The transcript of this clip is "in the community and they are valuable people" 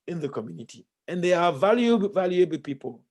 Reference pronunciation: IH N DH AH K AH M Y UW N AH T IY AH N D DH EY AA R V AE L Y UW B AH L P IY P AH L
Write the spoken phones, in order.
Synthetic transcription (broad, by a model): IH N DH AH K AH M Y UW N AH T IY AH N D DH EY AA L V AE L Y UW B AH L P IY P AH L